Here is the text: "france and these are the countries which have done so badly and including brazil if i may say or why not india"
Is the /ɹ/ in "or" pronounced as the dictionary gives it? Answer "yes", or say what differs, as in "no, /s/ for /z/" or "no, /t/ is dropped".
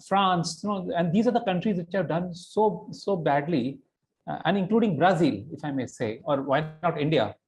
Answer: yes